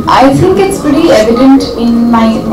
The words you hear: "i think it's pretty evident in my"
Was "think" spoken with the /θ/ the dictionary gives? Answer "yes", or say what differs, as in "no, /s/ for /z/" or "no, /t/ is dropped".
no, /t/ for /θ/